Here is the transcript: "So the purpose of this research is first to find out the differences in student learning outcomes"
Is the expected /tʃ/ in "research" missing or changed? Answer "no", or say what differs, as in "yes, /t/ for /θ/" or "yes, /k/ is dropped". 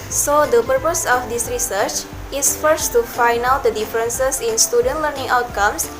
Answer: no